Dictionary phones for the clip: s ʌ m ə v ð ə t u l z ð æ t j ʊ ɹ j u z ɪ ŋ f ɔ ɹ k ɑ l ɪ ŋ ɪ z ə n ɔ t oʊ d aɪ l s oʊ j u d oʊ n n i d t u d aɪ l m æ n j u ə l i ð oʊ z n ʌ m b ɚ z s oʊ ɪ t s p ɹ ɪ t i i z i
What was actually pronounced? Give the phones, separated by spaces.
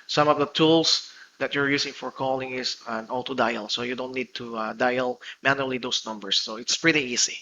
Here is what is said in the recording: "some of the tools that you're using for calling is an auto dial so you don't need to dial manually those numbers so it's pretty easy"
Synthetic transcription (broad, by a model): s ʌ m ə v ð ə t u l s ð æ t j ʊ ɹ j u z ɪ ŋ f ɔ ɹ k ɑ l ɪ ŋ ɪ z ə n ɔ t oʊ d aɪ l s oʊ j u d oʊ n n i d t u d aɪ l m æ n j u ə l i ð oʊ s n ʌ m b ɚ s oʊ ɪ t s p ɹ ɪ t i i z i